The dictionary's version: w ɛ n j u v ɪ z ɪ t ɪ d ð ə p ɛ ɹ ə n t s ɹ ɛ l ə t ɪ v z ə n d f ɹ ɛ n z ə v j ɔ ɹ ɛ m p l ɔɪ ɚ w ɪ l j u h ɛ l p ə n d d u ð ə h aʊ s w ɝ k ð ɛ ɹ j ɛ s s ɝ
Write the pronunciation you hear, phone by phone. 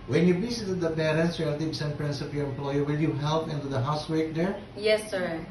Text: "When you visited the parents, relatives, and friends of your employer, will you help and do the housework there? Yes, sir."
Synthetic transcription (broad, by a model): w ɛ n j u b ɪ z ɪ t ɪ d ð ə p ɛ ɹ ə n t s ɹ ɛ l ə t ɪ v s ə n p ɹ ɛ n s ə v j ɔ ɹ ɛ m p l ɔɪ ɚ w ɪ l j u h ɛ l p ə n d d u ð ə h aʊ s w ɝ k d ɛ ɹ j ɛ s s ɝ